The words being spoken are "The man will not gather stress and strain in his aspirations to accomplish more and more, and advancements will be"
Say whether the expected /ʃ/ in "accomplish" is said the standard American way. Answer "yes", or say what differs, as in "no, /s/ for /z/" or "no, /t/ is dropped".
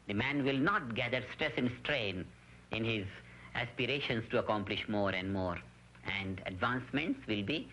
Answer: yes